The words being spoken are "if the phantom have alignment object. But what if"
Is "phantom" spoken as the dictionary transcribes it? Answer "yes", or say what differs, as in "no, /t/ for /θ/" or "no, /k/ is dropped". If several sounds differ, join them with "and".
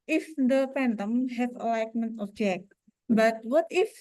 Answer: no, /p/ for /f/